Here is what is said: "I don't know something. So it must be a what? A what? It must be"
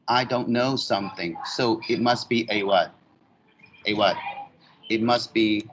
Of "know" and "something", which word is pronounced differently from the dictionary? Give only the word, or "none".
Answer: none